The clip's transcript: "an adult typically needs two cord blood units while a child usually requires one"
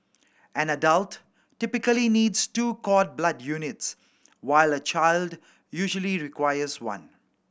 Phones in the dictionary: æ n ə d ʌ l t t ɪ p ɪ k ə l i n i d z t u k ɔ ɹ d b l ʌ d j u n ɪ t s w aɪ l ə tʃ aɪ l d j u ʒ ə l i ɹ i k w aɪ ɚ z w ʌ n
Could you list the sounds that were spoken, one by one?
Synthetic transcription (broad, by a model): æ n ə d ʌ l t t ɪ p ɪ k ə l i n i d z t u k ɔ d b l ʌ d j u n ɪ t s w aɪ l ə tʃ aɪ l d j u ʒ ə l i ɹ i k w aɪ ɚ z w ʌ n